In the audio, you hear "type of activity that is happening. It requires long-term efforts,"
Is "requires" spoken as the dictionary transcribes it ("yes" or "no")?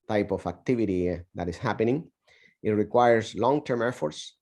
no